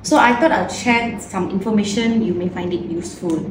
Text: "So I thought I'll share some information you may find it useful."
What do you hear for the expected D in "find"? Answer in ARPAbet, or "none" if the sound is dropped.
D